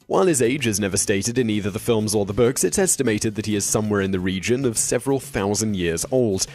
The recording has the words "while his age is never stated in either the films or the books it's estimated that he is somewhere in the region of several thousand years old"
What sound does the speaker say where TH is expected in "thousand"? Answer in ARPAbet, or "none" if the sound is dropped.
TH